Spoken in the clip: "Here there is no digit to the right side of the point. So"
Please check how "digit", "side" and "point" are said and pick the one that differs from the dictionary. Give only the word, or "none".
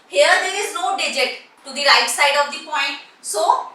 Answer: none